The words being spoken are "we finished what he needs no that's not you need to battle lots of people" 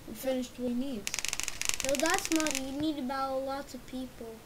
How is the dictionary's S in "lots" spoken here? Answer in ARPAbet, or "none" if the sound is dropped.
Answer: none